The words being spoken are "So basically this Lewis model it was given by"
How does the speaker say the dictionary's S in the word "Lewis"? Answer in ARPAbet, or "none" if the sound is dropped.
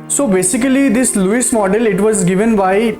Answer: S